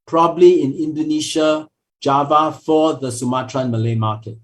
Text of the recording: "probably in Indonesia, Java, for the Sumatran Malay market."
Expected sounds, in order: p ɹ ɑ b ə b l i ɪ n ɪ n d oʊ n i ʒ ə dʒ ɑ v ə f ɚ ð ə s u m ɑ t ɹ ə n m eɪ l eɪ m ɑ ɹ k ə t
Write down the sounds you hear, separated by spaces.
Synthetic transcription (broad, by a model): p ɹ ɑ b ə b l i ɪ n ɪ n d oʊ n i ʃ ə dʒ ɑ v ə f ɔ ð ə s u m ɑ t ɹ ə n m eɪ l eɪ m ɑ k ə t